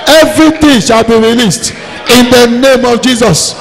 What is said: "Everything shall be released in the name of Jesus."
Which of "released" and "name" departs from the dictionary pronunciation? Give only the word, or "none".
none